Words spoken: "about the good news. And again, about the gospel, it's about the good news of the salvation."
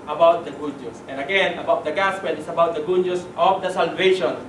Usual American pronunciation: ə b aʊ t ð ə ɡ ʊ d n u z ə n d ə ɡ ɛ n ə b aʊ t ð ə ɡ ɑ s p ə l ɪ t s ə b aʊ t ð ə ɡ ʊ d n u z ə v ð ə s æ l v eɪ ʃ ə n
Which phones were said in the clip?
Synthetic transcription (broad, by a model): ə b aʊ t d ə ɡ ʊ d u s ə n d ə ɡ ɛ n ə b aʊ t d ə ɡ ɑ s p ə n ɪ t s ə b aʊ t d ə ɡ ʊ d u s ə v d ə s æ l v eɪ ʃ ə n